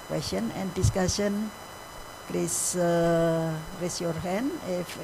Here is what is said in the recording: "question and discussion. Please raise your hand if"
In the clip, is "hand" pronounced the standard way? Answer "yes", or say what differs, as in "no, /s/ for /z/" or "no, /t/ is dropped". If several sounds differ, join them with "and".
no, /d/ is dropped